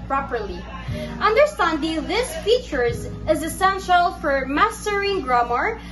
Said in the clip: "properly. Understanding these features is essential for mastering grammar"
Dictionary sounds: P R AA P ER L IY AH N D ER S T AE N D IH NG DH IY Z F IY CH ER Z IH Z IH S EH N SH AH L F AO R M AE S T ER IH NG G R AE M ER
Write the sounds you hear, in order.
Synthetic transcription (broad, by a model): P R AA P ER L IY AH N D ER S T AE N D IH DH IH S F IY CH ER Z IH Z IH S EH N SH AH L F AO R M AE S T ER IH NG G R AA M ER